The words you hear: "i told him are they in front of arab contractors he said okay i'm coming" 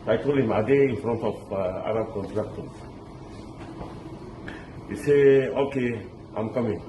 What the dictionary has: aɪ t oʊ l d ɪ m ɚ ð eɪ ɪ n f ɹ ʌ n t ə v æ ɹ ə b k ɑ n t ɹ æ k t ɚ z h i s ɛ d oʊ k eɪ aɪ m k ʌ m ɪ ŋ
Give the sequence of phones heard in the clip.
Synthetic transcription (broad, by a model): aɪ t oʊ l ɪ m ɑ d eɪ ɪ n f ɹ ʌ n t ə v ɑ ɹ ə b k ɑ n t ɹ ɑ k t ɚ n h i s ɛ oʊ k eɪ aɪ m k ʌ m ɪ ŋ